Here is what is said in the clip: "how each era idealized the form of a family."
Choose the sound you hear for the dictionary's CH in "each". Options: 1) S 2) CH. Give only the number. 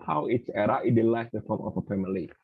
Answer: 1